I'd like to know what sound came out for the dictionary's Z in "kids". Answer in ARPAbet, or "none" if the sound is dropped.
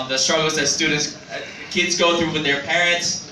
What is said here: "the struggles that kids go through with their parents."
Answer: Z